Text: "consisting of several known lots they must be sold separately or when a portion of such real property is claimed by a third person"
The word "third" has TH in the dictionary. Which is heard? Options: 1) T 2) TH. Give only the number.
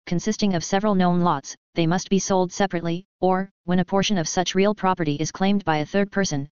2